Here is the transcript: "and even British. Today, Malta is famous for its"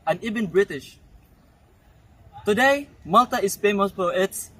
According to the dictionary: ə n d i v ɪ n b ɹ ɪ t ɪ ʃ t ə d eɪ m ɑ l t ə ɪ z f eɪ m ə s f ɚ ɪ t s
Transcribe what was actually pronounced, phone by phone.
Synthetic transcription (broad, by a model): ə n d i v ɪ n b ɹ ɪ t ɪ ʃ t ə d eɪ m ɑ l t ə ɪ s f eɪ m ə s p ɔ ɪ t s